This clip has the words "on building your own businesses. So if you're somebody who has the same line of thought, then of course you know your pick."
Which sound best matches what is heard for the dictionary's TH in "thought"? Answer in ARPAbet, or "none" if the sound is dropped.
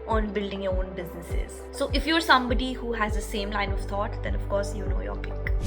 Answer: T